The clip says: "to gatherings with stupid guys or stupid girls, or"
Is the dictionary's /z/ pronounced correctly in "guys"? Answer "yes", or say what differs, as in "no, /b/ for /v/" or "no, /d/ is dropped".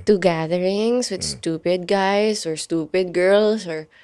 no, /s/ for /z/